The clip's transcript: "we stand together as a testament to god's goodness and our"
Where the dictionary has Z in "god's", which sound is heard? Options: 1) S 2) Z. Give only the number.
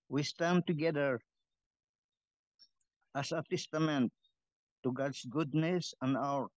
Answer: 1